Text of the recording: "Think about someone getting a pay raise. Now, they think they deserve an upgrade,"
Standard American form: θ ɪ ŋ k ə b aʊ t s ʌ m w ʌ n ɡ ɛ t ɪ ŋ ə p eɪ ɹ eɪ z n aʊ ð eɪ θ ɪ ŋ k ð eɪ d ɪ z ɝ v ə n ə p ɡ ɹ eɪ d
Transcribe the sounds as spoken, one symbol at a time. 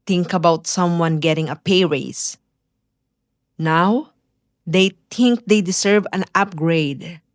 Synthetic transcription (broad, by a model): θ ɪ ŋ k ə b aʊ t s ʌ m w ʌ n ɡ ɛ t ɪ ŋ ə p eɪ ɹ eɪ s n aʊ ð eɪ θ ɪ ŋ k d eɪ d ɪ s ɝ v ə n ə p ɡ ɹ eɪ d